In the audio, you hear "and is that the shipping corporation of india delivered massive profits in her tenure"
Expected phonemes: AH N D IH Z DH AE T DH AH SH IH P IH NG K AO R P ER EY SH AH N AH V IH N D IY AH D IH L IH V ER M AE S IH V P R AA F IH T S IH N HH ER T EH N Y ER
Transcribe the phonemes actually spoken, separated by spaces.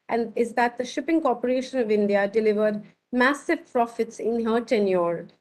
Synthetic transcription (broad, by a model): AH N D IH Z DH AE T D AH SH IH P IH NG K AO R P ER EY SH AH N AH V IH N D IY AH D IH L IH V ER M AE S IH V P R AA F IH T S IH N HH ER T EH N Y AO